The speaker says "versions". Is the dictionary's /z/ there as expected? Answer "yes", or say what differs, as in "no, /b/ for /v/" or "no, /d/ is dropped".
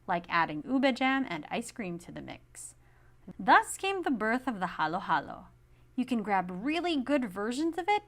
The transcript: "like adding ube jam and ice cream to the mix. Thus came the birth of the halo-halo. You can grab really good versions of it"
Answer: yes